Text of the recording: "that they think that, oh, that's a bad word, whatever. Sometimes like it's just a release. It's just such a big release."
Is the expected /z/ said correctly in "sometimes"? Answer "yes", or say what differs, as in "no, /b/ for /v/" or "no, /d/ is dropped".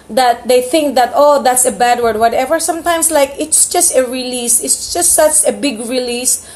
no, /s/ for /z/